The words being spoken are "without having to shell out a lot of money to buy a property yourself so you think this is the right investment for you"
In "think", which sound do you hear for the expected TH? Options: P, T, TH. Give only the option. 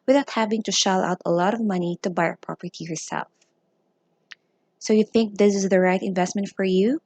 TH